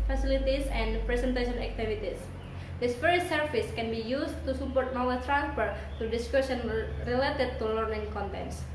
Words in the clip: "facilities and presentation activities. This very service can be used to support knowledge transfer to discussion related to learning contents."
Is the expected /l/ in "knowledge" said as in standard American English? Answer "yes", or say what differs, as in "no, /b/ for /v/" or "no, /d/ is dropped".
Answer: no, /w/ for /l/